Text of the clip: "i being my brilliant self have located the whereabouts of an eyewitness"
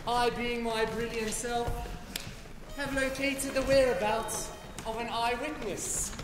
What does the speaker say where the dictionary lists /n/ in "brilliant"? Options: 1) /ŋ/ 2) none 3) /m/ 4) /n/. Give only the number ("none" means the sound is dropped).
4